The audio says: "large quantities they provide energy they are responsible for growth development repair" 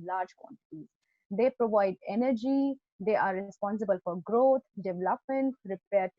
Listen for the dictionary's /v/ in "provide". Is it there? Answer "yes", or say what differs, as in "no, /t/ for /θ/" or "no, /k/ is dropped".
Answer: yes